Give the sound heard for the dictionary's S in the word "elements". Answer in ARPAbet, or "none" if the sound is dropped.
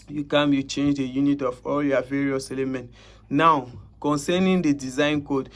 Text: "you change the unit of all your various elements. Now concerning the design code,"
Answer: none